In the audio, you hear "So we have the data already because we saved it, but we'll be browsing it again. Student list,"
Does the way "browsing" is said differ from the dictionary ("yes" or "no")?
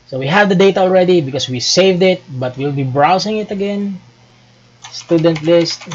yes